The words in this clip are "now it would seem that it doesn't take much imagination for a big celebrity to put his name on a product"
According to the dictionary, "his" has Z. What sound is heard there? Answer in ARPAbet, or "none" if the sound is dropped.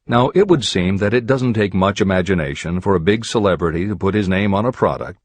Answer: Z